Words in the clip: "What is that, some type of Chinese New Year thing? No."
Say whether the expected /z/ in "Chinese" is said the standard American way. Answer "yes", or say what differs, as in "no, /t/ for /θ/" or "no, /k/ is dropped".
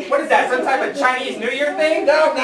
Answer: yes